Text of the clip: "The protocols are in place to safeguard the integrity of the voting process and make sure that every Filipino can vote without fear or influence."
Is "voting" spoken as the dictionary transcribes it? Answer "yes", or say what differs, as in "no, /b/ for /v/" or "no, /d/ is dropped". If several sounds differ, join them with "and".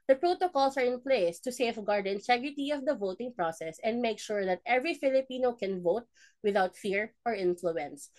yes